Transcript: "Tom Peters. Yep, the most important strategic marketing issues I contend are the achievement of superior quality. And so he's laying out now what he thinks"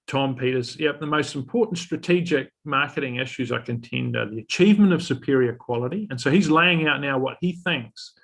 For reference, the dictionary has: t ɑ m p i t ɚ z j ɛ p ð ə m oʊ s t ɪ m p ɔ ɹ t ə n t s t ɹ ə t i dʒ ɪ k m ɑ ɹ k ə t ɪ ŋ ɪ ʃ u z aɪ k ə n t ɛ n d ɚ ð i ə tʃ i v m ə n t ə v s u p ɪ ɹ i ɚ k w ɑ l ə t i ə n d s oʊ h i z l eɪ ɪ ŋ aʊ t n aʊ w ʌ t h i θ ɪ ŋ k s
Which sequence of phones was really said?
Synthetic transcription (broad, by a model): t ɑ m p i t ɚ z j ɛ p ð ə m oʊ s t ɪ m p ɔ ɹ t n t s t ɹ ə t i dʒ ɪ k m ɑ ɹ k ə t ɪ ŋ ɪ ʃ u z aɪ k ə n t ɛ n d ɚ ð i ə tʃ i v m ə n t ə v s u p ɪ ɹ i ɚ k w ɑ l ə t i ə n s oʊ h i z l eɪ ɪ ŋ aʊ t n aʊ w ʌ t h i θ ɪ ŋ k s